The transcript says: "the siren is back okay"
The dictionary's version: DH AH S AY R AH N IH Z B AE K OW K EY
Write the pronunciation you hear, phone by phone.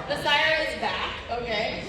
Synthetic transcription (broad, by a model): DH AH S AY AH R IH Z B AE K OW K EY